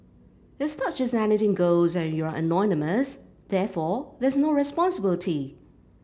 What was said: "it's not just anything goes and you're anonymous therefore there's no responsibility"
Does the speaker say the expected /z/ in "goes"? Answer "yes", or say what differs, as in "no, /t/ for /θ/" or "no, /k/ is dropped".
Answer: yes